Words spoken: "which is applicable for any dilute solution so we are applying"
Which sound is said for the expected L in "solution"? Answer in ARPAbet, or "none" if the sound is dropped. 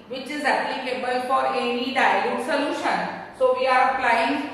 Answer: L